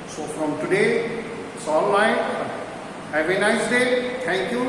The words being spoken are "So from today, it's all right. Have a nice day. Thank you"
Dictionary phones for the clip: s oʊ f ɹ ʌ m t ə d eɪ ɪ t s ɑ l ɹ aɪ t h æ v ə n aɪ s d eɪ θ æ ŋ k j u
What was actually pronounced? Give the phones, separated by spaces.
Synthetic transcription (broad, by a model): s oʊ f ɹ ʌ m t ə d eɪ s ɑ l l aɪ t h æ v ə n aɪ s d eɪ t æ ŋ k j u